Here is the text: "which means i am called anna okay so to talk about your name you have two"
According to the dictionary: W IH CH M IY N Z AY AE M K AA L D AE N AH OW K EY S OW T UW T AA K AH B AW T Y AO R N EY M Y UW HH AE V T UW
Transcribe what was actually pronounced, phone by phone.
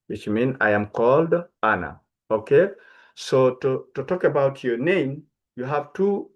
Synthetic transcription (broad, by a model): W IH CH M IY N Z AY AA M K AA L D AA N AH OW K EY S OW T UW T AA K AH B AW T Y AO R N EY M Y UW HH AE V T UW